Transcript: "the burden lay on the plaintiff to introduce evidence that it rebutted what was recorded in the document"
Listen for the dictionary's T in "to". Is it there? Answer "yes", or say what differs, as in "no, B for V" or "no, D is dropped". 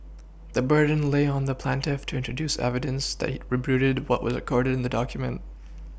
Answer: yes